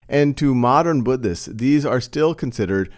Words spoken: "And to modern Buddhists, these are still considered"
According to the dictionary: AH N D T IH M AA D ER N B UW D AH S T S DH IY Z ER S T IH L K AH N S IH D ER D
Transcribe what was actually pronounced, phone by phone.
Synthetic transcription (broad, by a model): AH N T IH M AA D ER N B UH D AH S S DH IY Z ER S T IH L K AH N S IH D ER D